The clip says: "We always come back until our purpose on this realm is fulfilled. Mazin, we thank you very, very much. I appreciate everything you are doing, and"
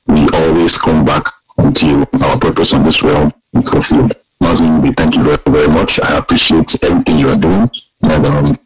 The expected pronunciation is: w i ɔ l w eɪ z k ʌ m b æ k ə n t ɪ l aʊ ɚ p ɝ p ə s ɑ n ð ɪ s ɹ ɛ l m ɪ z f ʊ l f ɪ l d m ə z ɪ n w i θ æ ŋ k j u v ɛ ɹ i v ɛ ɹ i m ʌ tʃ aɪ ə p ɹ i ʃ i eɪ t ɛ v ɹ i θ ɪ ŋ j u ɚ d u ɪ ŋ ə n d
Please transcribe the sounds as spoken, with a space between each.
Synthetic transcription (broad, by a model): w i ɔ l w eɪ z k ʌ m b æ k ə n t ɪ l aʊ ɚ p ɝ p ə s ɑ n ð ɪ s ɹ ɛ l ɪ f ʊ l f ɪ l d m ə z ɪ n w i θ æ ŋ k j u v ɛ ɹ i v ɛ ɹ i m ʌ tʃ aɪ ə p ɹ i ʃ i eɪ t ɛ v ɹ i θ ɪ ŋ j u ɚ d u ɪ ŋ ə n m